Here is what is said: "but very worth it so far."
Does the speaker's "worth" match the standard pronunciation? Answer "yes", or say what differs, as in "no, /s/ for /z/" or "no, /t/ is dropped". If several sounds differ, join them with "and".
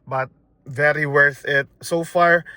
yes